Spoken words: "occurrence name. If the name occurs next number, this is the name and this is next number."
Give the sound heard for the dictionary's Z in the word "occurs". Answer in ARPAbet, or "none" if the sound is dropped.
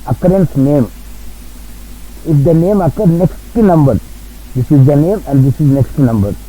none